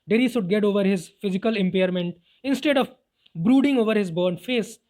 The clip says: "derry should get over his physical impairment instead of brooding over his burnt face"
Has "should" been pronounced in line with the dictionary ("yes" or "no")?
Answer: no